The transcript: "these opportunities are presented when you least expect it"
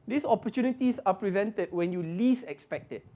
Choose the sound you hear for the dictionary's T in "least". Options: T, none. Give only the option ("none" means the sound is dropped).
none